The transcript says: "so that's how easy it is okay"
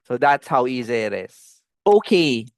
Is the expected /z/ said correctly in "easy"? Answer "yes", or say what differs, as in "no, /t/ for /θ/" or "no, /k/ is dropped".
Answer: yes